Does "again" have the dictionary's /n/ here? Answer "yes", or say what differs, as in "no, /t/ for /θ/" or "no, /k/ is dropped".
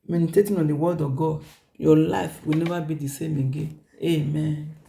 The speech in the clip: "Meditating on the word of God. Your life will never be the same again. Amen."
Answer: no, /n/ is dropped